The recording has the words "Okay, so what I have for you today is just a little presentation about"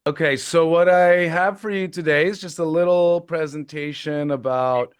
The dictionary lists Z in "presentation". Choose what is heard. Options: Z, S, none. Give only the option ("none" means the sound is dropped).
Z